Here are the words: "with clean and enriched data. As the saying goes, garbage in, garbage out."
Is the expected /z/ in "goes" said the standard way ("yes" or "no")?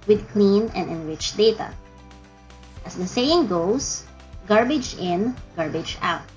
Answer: no